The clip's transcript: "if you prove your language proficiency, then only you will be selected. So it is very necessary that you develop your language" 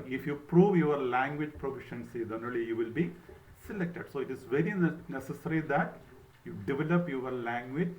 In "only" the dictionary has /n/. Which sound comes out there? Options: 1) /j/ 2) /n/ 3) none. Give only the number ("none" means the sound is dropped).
3